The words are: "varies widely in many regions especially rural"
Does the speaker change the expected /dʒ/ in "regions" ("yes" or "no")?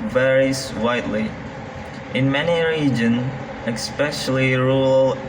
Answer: no